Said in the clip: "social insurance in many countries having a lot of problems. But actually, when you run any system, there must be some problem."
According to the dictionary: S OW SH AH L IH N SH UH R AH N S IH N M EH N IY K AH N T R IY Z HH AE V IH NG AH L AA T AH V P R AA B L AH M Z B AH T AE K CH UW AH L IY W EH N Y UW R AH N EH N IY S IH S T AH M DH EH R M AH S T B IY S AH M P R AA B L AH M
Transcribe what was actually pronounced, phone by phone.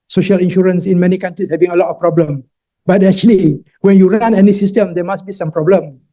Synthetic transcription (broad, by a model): S OW SH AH L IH N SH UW R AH N S IH N M EH N IY K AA N T R IY S HH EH V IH NG AH L AA T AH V P R AA B L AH M B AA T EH K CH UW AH L IY W EH N Y UW R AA N EH N IY S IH S T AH M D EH M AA S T B IY S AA M P R AA B L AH M